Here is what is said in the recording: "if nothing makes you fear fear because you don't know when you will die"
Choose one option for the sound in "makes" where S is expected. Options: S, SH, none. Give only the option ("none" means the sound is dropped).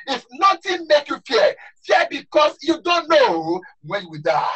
none